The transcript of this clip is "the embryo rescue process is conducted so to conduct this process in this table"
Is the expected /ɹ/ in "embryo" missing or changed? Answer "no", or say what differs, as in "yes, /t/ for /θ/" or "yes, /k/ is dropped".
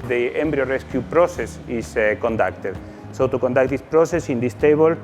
no